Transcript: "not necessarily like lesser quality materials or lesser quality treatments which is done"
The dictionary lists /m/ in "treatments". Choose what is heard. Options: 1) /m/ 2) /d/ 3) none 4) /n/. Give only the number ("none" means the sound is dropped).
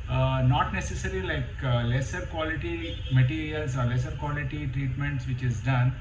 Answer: 1